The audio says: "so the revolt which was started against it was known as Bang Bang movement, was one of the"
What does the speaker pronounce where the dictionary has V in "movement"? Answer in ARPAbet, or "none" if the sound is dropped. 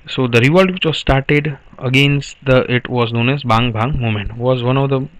none